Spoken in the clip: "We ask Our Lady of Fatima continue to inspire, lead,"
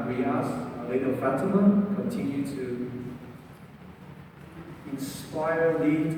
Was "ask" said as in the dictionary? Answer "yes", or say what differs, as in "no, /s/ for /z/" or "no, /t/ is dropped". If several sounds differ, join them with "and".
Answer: no, /k/ is dropped